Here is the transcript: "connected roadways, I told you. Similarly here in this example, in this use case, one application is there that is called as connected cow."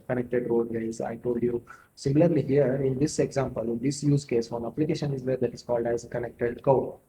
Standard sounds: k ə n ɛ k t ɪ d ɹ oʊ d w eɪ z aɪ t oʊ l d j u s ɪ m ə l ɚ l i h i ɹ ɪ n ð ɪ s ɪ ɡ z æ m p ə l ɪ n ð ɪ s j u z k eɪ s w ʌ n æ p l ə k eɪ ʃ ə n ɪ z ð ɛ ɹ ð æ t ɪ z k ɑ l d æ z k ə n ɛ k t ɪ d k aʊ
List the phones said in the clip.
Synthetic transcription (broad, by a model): k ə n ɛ k t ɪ d ɹ oʊ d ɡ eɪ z aɪ t oʊ l d j u s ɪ m l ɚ l i h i ɹ ɪ n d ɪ s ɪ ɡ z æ m p ə l ɪ n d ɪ s j u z k eɪ s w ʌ n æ p l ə k eɪ ʃ ə n ɪ z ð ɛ ɹ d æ t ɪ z k ɑ l d æ z k ə n ɛ k t ɪ d k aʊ